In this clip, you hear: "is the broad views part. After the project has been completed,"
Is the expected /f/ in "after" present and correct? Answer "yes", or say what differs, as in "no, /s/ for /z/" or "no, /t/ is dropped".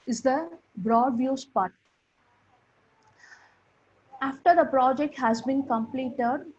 yes